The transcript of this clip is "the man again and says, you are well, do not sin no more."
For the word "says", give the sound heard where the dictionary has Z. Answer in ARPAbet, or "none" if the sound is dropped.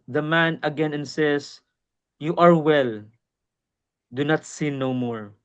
S